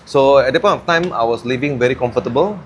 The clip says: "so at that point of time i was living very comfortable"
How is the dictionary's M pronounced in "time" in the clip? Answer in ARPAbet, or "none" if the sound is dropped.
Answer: M